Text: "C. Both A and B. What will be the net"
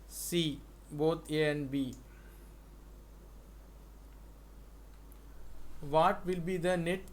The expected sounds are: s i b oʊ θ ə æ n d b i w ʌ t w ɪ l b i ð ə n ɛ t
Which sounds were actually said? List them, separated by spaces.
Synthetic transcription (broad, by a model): s i b oʊ t ə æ n d b i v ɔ t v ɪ l b i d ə n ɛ t